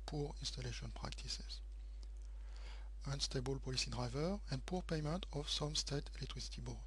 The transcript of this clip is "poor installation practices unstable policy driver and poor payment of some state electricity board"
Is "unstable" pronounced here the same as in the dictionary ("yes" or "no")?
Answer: yes